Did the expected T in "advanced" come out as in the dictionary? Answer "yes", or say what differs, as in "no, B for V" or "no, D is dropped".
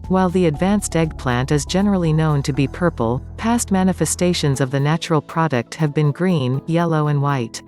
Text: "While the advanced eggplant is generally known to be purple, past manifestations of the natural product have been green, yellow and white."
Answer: yes